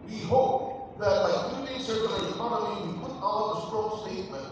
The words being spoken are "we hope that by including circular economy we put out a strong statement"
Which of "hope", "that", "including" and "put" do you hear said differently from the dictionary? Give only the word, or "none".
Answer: including